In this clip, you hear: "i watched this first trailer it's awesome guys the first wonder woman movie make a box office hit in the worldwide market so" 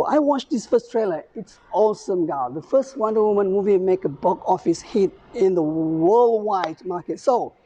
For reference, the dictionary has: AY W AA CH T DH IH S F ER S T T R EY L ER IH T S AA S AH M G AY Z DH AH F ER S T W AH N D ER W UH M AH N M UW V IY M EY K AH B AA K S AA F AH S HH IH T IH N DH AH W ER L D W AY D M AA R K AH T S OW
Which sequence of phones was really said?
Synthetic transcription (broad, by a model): AY W AA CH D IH S F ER S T T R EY L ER IH T S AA S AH M G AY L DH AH F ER S T W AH N D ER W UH M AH N M UW V IY M EY K AH B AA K AA F AH S HH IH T IH N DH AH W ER L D W AY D M AA K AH T S OW